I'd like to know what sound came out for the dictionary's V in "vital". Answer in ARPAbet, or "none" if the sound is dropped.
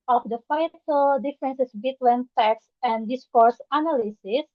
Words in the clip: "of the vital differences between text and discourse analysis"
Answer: F